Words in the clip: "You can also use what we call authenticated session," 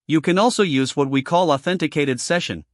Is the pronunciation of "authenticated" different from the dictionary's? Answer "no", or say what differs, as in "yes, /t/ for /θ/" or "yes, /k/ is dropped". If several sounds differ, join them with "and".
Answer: no